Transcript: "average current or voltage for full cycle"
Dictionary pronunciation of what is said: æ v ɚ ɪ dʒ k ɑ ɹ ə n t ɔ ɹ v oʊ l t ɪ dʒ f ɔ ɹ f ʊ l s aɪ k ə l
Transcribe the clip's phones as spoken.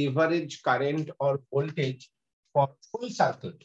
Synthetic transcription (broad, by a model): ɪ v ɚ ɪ dʒ k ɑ ɹ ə n t ɔ ɹ b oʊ l t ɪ dʒ f ɔ ɹ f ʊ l s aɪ k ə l